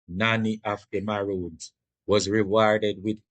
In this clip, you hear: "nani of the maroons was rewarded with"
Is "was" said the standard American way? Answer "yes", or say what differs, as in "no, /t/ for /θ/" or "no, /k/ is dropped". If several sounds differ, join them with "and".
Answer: yes